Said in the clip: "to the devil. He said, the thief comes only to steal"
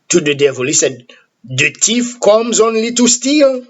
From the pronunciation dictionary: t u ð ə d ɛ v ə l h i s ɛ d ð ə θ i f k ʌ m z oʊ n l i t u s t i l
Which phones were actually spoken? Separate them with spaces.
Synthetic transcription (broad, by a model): t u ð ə d ɛ v ə l h i s ɛ d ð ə t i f k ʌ m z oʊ n l i t u s t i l